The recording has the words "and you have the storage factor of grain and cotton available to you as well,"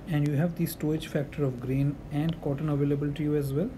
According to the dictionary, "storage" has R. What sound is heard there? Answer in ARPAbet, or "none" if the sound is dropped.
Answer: none